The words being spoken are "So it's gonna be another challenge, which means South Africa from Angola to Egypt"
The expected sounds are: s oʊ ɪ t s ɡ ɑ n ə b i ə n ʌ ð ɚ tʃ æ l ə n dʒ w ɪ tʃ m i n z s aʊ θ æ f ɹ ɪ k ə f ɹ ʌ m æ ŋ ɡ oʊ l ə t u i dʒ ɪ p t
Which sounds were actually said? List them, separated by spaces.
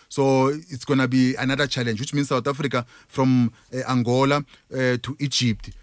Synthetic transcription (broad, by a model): s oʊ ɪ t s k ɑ n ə b i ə n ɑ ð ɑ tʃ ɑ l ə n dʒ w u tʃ m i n s aʊ t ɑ f ɹ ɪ k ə f ɹ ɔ m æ ŋ ɡ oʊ l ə t u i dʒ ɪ p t